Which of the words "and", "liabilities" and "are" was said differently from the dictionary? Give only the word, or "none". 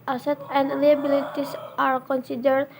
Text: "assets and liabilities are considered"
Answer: liabilities